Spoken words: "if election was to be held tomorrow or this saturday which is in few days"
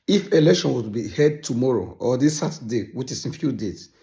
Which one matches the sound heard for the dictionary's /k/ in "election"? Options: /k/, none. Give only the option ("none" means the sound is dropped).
/k/